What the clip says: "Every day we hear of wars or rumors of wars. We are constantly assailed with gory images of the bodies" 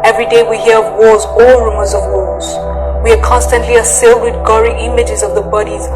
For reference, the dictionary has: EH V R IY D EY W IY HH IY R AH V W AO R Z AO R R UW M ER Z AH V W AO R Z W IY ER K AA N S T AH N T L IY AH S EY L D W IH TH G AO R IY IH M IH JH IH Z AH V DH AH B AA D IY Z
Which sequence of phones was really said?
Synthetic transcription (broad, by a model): EH V R IY D EY W IY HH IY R AH V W AO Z AO L R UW M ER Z AH V W AO L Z W IY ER K AA N S T AH N T L IY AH S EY L D W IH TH G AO R IY IH M IH JH IH Z AH V DH AH B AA D IY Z